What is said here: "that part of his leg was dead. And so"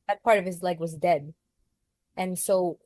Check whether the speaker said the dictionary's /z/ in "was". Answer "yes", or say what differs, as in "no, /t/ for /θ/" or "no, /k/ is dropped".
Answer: yes